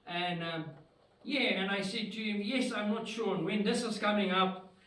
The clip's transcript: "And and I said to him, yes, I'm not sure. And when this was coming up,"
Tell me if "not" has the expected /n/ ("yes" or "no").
yes